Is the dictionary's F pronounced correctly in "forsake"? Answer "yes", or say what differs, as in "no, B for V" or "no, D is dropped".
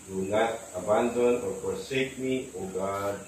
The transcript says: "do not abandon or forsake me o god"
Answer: no, P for F